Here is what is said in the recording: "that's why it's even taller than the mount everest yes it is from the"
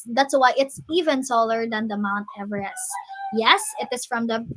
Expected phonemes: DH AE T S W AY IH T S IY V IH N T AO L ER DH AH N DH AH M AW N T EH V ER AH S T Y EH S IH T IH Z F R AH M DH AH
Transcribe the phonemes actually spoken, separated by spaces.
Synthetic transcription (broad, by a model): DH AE T S W AY IH T S IY V IH N S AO L ER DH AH N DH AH M AW N T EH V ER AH S Y EH S IH T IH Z F R AH M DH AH